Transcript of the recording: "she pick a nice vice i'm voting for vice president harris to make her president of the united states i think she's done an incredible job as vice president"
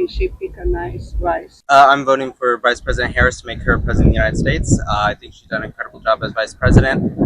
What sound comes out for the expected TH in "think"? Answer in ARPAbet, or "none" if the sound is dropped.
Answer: TH